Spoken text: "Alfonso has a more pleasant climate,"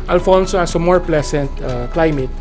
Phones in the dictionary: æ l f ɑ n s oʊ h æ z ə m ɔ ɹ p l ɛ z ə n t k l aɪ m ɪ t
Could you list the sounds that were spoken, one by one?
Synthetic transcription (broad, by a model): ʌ l f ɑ n s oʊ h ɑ s ə m ɔ ɹ p l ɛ s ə n t k l aɪ m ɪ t